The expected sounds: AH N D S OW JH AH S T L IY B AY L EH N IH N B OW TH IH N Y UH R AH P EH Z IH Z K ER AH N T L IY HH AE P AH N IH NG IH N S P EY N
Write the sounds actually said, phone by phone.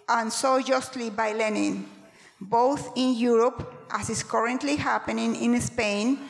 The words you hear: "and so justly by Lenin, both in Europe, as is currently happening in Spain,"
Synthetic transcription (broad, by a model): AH N S OW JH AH S T L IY B AY L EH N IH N B OW TH IH N Y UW R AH P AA S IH S K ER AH N T L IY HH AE P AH N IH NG IH N S P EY N